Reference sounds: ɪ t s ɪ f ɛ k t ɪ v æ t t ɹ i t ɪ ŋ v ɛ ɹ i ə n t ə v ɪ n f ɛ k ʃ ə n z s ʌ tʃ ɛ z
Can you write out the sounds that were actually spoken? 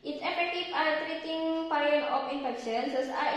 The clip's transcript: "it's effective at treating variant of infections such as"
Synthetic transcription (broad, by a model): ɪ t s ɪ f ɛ k t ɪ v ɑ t t ɹ i t ɪ ŋ p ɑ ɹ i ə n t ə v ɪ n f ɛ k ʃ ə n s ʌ s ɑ